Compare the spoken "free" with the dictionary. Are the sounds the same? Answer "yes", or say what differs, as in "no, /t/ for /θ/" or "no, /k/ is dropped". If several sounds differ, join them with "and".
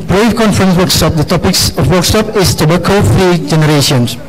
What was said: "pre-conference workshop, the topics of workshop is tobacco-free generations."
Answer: no, /ɹ/ is dropped